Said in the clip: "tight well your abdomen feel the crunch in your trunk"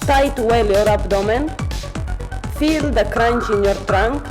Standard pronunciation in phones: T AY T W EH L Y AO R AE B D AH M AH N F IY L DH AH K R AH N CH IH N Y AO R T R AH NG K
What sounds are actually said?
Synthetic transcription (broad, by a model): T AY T W EH L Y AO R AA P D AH M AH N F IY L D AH K R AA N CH IH N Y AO R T R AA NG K